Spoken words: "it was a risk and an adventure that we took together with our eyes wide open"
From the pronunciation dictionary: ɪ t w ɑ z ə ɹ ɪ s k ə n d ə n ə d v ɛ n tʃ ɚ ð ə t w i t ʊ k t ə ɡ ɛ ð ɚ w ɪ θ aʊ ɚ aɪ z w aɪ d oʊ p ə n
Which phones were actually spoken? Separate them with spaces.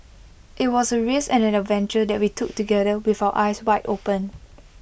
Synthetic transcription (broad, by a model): ɪ t w ɑ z ə ɹ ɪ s ə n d ə n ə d v ɛ n tʃ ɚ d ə t w i t ʊ k t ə ɡ ɛ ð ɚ w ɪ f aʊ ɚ aɪ s w aɪ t oʊ p ə n